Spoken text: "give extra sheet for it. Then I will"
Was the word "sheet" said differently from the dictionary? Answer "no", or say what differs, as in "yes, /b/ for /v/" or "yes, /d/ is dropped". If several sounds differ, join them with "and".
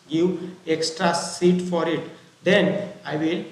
yes, /s/ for /ʃ/